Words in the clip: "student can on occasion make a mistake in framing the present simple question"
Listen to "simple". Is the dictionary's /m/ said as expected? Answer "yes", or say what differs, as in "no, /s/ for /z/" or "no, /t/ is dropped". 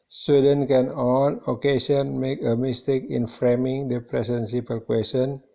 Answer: no, /m/ is dropped